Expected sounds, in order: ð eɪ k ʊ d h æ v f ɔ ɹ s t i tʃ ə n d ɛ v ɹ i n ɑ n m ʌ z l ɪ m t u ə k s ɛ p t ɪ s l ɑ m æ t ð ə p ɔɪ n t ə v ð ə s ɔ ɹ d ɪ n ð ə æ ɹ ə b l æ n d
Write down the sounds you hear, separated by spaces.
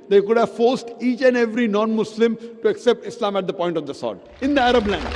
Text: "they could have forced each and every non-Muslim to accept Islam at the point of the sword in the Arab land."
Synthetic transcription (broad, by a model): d eɪ k ʊ d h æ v f ɔ ɹ s t i tʃ ə n d ɛ v ɹ i n ɑ n m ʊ s l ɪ m t u ə k s ɛ p t ɪ s l ɑ m æ t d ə p ɔɪ n t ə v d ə s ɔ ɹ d ɪ n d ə æ ɹ ə b l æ n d